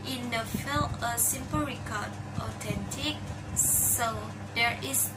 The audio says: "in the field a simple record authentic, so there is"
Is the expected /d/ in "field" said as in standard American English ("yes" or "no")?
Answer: no